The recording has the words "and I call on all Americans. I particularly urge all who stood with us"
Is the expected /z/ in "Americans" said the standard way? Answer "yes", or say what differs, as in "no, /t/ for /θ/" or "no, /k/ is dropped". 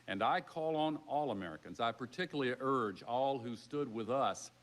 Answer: yes